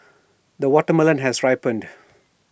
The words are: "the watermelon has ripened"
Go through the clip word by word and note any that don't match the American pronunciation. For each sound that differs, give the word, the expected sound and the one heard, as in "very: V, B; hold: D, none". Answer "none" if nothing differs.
none